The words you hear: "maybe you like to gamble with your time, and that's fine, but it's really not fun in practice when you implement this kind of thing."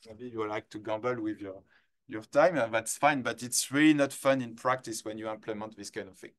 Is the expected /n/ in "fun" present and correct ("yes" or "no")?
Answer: yes